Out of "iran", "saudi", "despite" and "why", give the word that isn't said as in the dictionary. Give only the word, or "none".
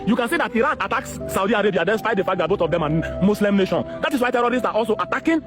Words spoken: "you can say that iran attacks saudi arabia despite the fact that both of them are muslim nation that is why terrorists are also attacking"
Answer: despite